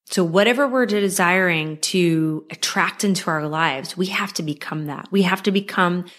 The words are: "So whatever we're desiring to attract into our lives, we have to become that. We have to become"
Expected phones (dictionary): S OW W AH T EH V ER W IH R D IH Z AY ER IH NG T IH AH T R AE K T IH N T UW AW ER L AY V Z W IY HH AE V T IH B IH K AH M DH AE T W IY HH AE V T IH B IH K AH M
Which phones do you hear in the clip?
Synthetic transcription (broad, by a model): S OW W AH T EH V ER W IH R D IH Z AY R IH NG T IH AH T R AE K T IH N T UW AW ER L AY V Z W IY HH AE F T IH B IH K AH M DH AE T W IY HH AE F T IH B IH K AH M